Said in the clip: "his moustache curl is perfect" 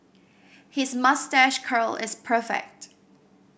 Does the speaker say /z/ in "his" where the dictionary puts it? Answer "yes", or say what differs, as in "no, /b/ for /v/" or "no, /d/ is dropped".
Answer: yes